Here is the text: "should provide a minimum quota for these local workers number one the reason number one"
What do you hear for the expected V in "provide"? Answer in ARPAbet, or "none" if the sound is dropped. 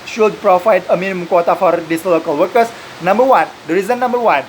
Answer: F